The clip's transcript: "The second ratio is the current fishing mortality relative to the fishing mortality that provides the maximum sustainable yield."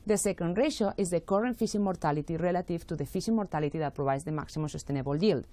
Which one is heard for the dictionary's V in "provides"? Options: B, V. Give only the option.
B